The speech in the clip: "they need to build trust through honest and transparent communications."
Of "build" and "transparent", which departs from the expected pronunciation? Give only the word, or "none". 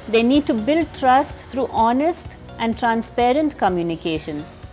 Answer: none